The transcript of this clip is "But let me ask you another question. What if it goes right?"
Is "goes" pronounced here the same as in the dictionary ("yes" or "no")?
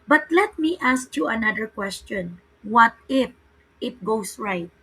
no